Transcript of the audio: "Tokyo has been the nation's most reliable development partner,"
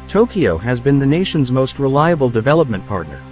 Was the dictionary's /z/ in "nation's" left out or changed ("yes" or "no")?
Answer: no